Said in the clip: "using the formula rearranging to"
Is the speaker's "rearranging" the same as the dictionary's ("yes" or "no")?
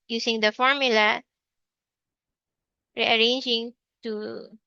yes